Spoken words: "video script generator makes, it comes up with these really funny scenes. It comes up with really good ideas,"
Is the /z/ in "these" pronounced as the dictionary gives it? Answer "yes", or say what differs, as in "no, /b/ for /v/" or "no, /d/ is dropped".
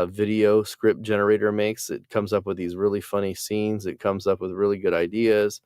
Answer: yes